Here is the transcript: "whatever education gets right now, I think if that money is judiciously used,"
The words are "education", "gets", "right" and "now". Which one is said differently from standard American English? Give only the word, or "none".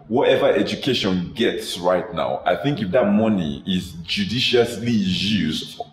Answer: none